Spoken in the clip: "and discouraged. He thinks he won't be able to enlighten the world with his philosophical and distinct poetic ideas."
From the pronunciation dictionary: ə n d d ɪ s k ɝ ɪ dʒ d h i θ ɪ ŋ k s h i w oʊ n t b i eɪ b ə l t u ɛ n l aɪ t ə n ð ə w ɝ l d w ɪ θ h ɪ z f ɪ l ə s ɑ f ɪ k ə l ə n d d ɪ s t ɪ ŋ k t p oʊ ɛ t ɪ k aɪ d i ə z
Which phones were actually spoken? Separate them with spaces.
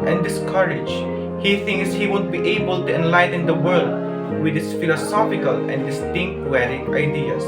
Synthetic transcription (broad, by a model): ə n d d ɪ s k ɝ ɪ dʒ h i θ ɪ ŋ k s h i w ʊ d b i eɪ b ə l t u ɛ n l aɪ t ə n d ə w ɝ l d w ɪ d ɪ s f ɪ l ə s ɑ f ɪ k ə l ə n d d ɪ s t ɪ ŋ k t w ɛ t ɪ aɪ d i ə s